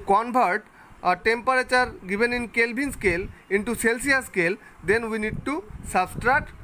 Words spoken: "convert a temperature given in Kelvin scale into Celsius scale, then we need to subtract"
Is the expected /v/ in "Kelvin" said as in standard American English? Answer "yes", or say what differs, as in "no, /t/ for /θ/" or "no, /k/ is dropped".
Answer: no, /b/ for /v/